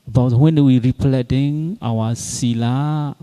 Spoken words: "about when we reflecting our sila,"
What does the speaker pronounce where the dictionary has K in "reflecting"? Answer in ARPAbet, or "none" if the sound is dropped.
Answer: none